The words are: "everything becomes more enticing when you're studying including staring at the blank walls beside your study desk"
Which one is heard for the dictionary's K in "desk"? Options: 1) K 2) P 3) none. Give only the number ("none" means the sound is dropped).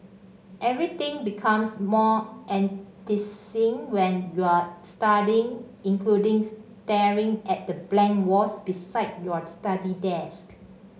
1